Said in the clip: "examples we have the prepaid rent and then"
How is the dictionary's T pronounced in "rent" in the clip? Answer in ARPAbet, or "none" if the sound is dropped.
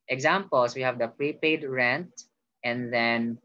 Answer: T